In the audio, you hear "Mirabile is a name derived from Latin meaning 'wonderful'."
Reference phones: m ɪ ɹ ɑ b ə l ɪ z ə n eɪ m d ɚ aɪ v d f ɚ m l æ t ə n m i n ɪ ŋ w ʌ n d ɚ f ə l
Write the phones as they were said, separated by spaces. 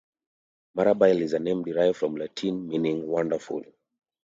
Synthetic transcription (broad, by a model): m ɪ ɹ ɑ b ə l ɪ z ə n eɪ m d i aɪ f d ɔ m l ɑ t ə n m i n ɪ ŋ w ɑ n d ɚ f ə l